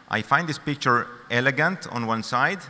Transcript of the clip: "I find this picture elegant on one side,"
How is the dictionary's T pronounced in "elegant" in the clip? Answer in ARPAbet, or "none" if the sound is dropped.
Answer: T